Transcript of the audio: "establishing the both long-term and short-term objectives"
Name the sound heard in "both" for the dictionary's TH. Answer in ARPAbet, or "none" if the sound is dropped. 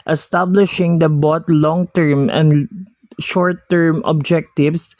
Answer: T